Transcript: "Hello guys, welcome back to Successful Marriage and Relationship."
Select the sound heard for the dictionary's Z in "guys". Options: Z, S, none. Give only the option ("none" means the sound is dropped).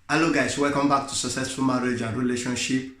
S